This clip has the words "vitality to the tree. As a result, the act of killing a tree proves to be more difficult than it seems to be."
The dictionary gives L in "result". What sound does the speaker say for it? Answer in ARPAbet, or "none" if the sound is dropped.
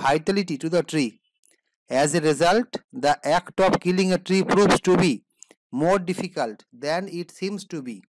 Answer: L